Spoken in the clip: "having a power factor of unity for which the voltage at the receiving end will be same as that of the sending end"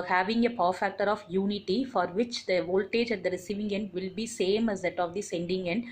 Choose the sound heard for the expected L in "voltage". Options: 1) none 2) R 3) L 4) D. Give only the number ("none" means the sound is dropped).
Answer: 3